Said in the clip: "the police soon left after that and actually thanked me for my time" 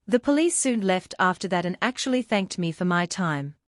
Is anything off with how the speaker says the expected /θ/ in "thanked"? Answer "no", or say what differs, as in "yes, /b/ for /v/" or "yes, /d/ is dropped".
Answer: no